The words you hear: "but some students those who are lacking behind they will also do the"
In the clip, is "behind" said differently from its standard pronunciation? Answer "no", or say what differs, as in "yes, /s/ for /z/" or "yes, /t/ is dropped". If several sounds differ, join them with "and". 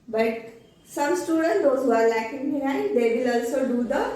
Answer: yes, /n/ is dropped